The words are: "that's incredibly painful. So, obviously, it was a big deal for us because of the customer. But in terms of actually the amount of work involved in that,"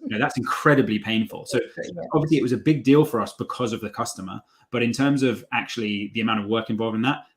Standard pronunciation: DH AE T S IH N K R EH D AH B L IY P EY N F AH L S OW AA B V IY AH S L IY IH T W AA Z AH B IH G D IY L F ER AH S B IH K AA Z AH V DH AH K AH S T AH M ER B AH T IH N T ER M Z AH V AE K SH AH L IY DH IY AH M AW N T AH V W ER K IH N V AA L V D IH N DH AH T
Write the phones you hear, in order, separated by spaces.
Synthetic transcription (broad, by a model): DH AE T S IH N K R EH D AH B L IY P EY N F AH L S OW AA B V IY AH S L IY IH T W AA Z AH B IH G D IY L F ER AH S B IH K AA Z AH V DH AH K AH S T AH M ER B AH T IH N T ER M Z AH V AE K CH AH L IY DH IY AH M AW N T AH V W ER K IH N V AA L V IH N DH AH T